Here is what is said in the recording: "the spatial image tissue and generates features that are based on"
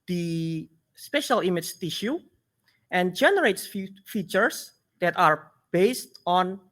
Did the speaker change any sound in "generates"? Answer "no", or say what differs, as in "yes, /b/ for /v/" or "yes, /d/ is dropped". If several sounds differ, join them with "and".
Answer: no